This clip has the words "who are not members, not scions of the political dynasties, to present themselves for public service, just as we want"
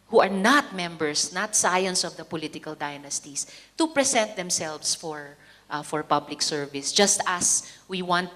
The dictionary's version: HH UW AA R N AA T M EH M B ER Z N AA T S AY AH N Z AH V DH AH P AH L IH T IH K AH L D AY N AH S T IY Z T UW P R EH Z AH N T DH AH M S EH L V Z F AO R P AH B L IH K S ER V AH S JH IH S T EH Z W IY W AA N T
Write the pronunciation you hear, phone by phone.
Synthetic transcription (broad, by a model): HH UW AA R N AA T M EH M B ER S N AA T S AY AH N S AH V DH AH P AH L IH T IH K AH L D AY N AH S T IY S T UW P R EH S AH N T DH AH M S EH L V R F AO R P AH B L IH K S ER V AH S JH IH S T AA S W IY W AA N T